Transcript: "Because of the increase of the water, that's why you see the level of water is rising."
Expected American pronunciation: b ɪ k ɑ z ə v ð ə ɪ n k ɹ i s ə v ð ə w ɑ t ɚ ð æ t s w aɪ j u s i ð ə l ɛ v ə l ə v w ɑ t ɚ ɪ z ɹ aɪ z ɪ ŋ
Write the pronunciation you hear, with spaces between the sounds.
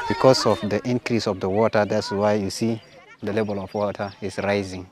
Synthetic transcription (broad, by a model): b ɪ k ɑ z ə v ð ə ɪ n k ɹ i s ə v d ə w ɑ t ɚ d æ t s w aɪ j u s i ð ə l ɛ b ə l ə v w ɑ t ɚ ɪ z ɹ aɪ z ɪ ŋ